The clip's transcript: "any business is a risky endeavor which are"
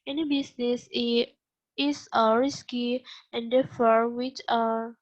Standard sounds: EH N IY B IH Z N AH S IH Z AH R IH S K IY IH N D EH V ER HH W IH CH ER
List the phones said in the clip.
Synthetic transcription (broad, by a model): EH N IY B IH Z N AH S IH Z AH R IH S K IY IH N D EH F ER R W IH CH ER